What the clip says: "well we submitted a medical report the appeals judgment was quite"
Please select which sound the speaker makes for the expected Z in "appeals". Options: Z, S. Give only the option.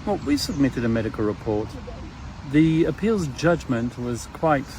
Z